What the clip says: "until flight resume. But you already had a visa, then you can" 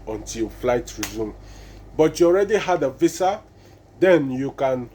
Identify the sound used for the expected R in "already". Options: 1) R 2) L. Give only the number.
1